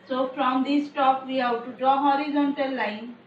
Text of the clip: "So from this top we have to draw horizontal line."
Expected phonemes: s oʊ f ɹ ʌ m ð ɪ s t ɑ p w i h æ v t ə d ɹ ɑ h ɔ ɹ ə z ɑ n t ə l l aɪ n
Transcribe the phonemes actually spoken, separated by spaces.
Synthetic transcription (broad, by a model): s oʊ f ɹ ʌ m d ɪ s t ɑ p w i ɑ w t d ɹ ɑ h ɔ ɹ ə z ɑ n t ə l l aɪ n